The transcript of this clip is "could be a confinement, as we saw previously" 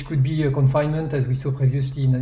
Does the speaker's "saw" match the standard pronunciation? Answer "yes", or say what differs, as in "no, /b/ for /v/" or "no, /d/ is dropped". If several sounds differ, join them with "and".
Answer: yes